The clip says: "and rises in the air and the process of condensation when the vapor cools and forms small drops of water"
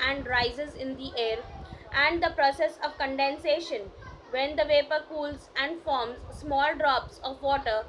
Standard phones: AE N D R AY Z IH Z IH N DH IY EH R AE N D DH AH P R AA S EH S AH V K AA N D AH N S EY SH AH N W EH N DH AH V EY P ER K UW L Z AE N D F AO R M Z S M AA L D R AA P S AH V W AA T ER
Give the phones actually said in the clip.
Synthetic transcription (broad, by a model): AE N D R AY Z IH Z IH N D IY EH R AE N D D AH P R AA S EH S AH V K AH N D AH N S EY SH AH N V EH N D AH V EY P ER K UW L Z AE N D F AO R M Z S M AA L D R AA P S AH V AA T ER